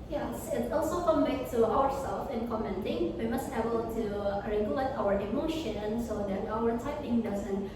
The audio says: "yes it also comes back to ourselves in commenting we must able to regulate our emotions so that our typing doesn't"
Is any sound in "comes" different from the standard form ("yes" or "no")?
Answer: yes